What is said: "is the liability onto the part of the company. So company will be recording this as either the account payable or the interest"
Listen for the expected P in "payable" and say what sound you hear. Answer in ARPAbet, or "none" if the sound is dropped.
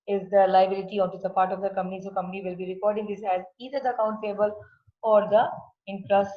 F